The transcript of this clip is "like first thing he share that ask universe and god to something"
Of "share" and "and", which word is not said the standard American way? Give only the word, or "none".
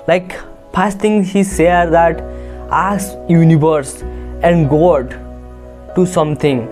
share